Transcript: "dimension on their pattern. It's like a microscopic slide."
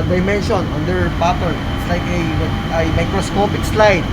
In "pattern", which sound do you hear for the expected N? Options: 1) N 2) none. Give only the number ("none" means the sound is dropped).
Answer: 2